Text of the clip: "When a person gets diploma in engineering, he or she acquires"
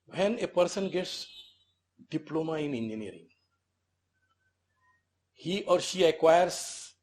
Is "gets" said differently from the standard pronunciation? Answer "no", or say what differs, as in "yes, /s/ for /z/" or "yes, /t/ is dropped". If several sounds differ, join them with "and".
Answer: no